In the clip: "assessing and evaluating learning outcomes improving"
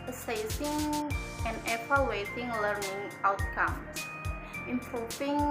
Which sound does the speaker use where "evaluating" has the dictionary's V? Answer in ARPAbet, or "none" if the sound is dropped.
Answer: P